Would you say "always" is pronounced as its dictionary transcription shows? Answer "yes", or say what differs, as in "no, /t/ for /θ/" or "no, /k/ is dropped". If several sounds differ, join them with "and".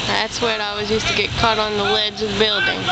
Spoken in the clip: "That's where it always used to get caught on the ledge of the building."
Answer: no, /l/ is dropped